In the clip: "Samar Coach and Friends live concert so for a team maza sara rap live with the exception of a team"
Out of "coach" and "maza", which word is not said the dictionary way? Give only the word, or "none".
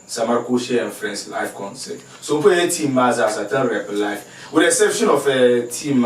coach